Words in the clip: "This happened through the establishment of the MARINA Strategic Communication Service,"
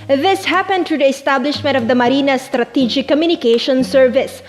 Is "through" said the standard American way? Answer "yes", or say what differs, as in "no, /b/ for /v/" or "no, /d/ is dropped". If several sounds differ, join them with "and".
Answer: no, /t/ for /θ/